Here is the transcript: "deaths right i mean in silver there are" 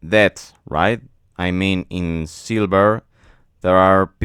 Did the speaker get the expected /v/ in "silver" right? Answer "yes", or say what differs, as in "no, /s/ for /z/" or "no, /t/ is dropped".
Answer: no, /b/ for /v/